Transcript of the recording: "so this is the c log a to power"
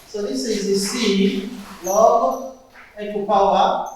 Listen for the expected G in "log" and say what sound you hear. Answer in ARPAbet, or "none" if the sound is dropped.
none